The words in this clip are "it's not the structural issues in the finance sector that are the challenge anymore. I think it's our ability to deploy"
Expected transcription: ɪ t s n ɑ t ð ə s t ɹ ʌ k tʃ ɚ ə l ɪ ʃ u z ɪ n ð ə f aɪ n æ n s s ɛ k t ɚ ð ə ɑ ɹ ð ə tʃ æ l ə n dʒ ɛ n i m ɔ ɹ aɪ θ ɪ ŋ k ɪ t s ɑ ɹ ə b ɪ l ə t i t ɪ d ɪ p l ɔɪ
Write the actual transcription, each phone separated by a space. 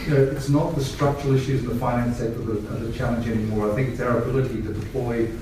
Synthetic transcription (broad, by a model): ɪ t s n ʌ t ð ə s t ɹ ʌ k tʃ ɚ l ɪ ʃ u z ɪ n ð ə f aɪ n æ n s s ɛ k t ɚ ð ə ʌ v ð ə tʃ æ l ə n dʒ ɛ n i m ɔ ɹ aɪ θ ɪ ŋ k ɪ t s ɑ ɹ ə b ɪ l ə t i t ɪ d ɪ p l ɔɪ